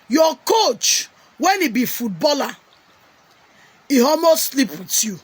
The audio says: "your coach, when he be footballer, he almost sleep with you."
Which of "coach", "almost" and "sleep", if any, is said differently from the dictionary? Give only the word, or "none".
almost